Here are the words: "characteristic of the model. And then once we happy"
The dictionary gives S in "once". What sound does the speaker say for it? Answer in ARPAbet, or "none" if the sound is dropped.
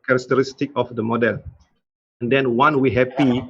none